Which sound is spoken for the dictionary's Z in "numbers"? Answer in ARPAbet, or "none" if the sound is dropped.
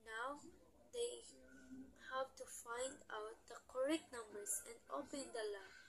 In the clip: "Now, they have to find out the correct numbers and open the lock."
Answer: S